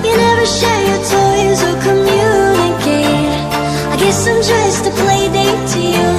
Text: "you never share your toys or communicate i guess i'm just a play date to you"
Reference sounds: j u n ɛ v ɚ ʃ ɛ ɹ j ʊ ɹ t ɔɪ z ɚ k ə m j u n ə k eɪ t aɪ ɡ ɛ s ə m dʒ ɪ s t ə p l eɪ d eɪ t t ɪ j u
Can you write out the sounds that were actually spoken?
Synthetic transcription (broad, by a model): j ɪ n ɛ v ɚ ʃ ɛ ɹ j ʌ ɹ t ɔɪ z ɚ k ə m j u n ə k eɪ aɪ ɡ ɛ s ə m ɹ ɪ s t ə p l eɪ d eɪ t t ɪ j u